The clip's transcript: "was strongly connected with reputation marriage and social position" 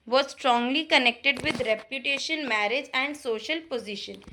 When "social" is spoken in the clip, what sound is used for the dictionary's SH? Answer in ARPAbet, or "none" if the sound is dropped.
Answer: SH